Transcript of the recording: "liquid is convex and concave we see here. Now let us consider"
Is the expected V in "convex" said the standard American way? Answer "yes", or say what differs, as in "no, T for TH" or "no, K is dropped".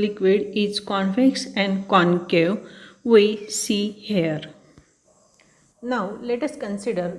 no, F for V